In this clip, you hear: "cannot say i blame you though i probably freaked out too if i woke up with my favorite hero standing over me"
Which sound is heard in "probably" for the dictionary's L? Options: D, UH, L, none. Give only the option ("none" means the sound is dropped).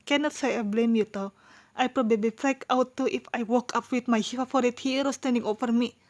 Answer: L